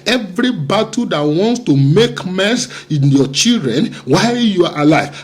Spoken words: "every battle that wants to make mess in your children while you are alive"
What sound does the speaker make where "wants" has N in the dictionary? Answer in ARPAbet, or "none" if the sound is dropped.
N